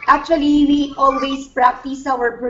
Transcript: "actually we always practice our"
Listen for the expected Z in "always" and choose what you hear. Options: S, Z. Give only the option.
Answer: S